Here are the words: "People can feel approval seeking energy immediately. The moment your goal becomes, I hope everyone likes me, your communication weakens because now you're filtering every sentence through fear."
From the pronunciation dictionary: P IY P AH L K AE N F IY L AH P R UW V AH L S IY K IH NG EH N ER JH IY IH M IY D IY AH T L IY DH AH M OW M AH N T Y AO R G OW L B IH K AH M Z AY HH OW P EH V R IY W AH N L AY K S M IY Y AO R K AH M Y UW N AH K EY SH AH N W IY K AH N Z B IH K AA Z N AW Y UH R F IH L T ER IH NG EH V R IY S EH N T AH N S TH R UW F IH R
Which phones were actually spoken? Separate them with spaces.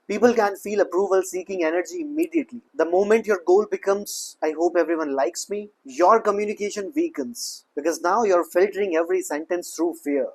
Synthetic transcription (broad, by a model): P IY P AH L K AE N F IY L AH P R UW V AH L S IY K IH NG EH N ER JH IY IH M IY D IY AH T L IY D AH M OW M AH N T Y AO R G OW L B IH K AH M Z AY HH OW P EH V R IY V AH N L AY K S M IY Y AO R K AH M Y UW N AH K EY SH AH N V IY K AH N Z B IH K AA Z N AW Y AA R F IH L T ER IH NG EH V R IY S EH N T AH N S T R UW F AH R